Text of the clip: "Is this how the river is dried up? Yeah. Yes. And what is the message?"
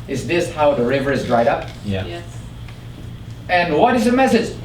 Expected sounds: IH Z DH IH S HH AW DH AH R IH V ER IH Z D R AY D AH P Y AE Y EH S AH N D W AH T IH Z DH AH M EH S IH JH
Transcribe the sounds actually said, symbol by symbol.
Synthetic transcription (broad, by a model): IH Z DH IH S HH AW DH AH R IH V ER IH Z D R AY D AH P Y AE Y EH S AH N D W AH T IH Z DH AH M EH S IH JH